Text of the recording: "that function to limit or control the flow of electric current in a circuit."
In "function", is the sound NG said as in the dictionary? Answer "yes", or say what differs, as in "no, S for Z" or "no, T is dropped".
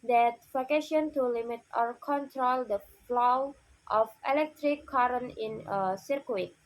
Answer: no, NG is dropped